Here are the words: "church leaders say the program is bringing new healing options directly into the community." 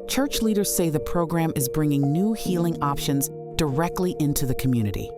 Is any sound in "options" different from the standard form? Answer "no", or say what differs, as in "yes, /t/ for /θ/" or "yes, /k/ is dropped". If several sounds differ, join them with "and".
no